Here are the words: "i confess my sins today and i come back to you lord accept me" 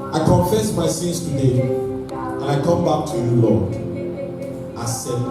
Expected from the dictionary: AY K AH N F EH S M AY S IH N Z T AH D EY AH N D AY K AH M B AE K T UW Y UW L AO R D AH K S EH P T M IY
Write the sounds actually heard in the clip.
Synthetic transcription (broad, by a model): AY K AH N F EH S M AY S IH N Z T AH D EY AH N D AY K AH M B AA K T UW Y UW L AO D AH S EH